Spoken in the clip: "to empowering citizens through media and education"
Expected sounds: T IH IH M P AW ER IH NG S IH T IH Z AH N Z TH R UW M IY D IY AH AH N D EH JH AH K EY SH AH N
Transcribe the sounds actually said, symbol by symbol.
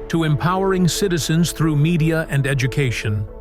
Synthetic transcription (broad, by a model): T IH IH M P AW ER IH NG S IH T IH Z AH N Z TH R UW M IY D IY AH AH N D EH JH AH K EY SH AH N